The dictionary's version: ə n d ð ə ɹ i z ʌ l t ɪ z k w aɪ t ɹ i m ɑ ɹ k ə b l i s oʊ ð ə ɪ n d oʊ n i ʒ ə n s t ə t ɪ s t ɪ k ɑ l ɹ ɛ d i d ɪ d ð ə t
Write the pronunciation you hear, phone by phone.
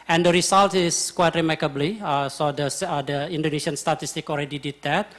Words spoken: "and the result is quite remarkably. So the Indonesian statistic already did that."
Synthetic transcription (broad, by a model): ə n d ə ɹ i s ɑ l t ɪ s k w aɪ t ɹ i m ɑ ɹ k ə b l i s oʊ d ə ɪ n d oʊ n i s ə n s t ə t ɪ s t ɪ k ɑ l ɹ ɛ d i d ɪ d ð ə t